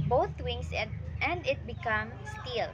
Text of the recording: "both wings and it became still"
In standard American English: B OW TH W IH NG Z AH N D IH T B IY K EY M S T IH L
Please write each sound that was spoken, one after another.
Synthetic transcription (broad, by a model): B OW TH W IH NG S AH N D IH T B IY K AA M S T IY L